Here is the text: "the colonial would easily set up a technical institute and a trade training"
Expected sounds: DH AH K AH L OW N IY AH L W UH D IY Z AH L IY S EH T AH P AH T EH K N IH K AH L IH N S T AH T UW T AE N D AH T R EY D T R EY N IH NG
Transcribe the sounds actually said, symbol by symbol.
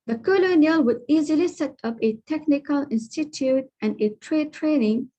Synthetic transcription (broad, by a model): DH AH K AH L OW N IY AH L W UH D IY Z AH L IY S EH T AH P AH T EH K N IH K AH L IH N S T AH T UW T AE N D AH T R EY D T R EY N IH NG